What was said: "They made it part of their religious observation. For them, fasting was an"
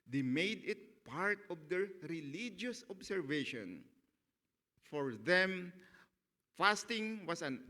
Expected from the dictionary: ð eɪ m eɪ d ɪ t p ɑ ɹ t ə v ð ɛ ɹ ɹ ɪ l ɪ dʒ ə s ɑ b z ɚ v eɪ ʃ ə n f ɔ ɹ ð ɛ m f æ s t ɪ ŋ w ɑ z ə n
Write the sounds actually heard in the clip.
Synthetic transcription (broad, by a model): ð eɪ m eɪ d ɪ t p ɑ ɹ t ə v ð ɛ ɹ ɹ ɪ l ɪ dʒ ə s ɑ b s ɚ v eɪ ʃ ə n f ɔ ɹ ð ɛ m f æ s t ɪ ŋ w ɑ s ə n